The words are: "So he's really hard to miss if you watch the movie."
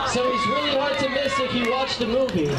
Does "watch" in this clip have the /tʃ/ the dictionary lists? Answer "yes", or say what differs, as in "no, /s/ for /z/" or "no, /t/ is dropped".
yes